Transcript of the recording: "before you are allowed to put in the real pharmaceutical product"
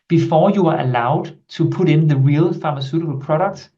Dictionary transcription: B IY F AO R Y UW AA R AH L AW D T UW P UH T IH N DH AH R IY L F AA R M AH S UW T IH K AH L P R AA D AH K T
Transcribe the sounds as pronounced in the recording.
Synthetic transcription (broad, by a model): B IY F AO Y UW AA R AH L AW D S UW P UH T IH N DH AH R IY L F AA M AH S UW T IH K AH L P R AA D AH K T